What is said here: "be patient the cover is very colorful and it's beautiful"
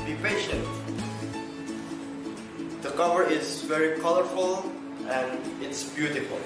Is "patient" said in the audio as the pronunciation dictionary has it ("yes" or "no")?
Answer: yes